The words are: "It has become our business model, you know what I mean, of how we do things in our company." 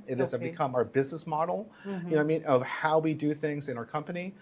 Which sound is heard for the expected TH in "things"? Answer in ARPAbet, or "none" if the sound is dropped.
TH